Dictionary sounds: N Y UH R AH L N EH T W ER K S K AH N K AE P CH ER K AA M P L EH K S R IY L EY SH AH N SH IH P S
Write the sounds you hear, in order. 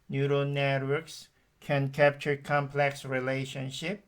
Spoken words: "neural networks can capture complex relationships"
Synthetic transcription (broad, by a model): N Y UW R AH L N EH T W ER K S K AH N K AE P CH ER K AA M P L EH K S R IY L EY SH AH N SH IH P